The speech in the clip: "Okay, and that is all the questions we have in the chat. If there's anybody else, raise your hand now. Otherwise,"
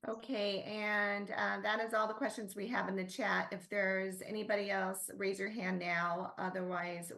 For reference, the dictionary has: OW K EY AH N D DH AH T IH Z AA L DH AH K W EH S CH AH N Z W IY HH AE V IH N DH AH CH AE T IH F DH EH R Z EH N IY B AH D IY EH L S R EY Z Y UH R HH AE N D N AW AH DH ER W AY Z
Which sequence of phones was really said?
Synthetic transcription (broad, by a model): OW K EY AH N DH AH T IH Z AA L DH AH K W EH S CH AH N Z W IY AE V IH N DH AH CH AE T IH F DH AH R Z EH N IY B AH D IY EH L S R EY Z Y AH R HH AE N N AW AH DH ER W AY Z